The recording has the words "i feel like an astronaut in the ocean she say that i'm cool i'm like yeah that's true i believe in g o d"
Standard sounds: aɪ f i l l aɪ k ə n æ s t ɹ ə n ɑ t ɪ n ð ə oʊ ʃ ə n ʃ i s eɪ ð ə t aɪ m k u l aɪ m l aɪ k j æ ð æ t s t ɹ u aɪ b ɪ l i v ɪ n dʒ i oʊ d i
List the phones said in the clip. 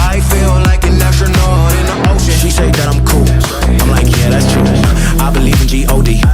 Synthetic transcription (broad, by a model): aɪ f i l l aɪ k ə n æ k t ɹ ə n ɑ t ɪ n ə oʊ ə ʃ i s eɪ ð ə t aɪ m k u l aɪ m l aɪ k j æ ð æ t s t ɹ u aɪ b ɪ l i v ɪ n dʒ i oʊ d i